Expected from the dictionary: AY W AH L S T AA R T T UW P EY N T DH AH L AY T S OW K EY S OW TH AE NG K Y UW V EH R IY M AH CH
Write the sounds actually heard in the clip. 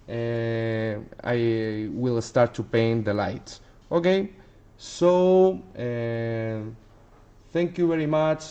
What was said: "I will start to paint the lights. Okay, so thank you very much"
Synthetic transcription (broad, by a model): AY W AH L S T AA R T T UW P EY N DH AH L AY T OW K EY S OW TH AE NG K Y UW V EH R IY M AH CH